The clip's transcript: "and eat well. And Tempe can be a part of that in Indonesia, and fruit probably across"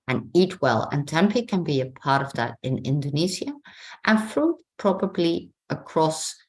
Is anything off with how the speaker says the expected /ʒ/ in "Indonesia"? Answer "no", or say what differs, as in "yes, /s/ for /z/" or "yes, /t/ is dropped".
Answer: yes, /z/ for /ʒ/